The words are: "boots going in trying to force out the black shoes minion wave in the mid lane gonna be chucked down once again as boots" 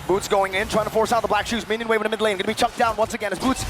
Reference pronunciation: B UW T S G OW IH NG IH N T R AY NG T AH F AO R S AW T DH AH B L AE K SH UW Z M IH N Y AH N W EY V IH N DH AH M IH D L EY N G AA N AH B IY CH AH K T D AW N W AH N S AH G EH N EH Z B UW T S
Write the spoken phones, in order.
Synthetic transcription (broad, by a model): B UW T S G OW IH NG IH N T R AY NG T AH F AO R S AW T DH AH B L AE K SH UW Z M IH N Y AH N W EY V IH N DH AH M IH D L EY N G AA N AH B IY CH AH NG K D AW N W AH N S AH G EH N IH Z B UW T S